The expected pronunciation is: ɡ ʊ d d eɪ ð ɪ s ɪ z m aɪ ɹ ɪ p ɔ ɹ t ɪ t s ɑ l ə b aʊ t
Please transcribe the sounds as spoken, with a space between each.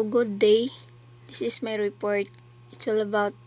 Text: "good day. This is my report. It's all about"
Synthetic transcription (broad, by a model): ɡ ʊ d d eɪ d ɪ s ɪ s m aɪ ɹ ɪ p ɔ ɹ t ɪ t s ɑ l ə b aʊ t